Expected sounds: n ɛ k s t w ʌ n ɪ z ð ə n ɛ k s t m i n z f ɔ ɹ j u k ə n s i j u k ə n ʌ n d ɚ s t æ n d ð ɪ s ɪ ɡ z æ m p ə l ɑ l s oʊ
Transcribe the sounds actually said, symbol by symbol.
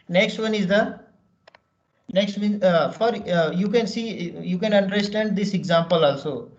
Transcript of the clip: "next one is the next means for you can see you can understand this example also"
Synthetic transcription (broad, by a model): n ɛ k s t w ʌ n ɪ z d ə n ɛ k s t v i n f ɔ ɹ j u k ə n s i j u k ə n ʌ n d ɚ s t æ n d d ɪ s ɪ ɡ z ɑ m p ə l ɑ l s oʊ